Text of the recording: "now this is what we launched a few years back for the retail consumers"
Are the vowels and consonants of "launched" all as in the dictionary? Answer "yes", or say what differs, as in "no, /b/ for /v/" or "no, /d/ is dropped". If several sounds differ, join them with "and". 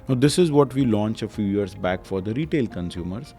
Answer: no, /t/ is dropped